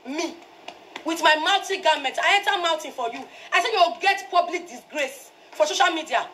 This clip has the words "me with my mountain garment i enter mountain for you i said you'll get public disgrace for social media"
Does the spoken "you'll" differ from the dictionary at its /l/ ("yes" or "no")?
yes